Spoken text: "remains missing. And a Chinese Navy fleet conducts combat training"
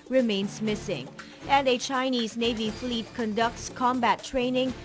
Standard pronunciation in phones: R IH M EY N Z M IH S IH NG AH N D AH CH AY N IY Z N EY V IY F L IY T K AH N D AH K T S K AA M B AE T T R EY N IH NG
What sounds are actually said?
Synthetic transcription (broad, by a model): R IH M EY N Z M IH S IH NG AH N D AH CH AY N IY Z N EY V IY F L IY T K AH N D AH K T S K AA M B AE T T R EY N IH NG